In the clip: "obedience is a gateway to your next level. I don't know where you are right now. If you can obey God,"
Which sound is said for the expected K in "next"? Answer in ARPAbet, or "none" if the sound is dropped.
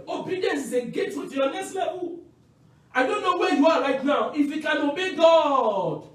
none